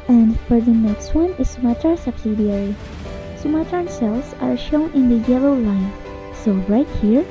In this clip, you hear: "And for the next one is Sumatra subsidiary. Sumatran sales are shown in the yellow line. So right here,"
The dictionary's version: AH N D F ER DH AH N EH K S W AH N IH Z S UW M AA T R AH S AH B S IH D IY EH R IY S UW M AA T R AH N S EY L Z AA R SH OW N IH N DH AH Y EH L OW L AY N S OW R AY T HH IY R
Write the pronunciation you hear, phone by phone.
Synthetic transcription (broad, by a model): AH N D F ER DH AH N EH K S W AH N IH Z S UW M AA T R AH S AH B S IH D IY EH R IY S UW M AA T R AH N S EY L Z AA R SH OW N IH N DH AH Y EH L OW L AY N S OW R AY T HH IY R